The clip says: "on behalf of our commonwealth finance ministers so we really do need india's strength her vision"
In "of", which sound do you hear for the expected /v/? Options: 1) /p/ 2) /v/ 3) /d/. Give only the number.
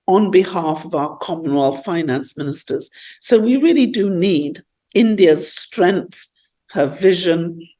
2